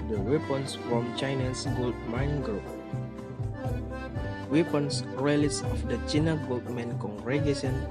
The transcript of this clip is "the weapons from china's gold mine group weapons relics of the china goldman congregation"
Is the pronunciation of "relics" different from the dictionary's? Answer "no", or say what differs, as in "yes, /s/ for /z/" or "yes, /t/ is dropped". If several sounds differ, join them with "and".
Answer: yes, /k/ is dropped